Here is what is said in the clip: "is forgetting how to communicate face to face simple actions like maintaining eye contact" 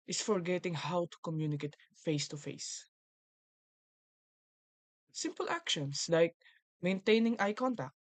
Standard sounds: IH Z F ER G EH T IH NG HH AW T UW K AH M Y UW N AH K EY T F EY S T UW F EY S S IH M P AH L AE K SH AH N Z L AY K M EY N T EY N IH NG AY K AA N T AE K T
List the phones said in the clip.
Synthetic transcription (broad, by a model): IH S F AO G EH T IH NG HH AW T UW K AH M Y UW N AH K EY T F EY S T UW F EY S S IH M P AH L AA K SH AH N S L AY K M EY N T EY N IH NG AY K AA N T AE K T